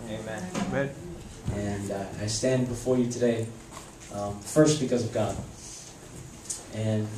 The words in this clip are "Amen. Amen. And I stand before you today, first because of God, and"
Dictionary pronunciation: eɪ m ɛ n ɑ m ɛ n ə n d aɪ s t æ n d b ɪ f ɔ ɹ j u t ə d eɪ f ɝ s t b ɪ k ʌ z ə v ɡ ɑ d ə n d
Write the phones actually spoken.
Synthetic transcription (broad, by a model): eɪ m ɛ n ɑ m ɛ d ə n aɪ s t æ n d b ɪ f ɔ ɹ j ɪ t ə d eɪ f ɝ s t b ɪ k ʌ z ə v ɡ ɑ d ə n